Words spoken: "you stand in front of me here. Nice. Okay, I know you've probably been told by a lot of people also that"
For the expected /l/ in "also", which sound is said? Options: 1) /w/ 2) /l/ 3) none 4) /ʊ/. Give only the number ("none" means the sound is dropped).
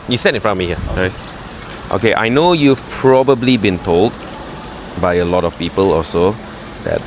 3